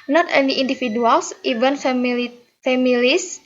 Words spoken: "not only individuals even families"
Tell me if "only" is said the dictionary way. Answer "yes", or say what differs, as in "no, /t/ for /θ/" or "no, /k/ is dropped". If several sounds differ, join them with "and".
no, /l/ is dropped